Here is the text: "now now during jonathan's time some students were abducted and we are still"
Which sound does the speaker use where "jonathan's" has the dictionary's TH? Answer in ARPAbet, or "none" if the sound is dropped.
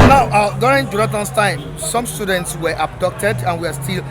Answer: T